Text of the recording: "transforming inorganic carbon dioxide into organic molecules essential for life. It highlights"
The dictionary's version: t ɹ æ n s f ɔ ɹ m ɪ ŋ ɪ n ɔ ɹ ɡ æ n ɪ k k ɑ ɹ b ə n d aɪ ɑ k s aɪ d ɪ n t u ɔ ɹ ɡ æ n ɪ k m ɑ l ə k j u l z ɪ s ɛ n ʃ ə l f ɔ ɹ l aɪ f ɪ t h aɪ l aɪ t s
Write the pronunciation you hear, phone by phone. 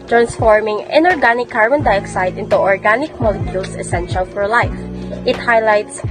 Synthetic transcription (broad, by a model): t ɹ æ n s f ɔ ɹ m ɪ ŋ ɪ n ɔ ɹ ɡ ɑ n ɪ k k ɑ ɹ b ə n d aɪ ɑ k s aɪ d ɪ n t u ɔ ɹ ɡ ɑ n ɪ k m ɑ l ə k j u l s ɪ s ɛ n ʃ ə l f ɔ ɹ l aɪ f ɪ t h aɪ l aɪ t s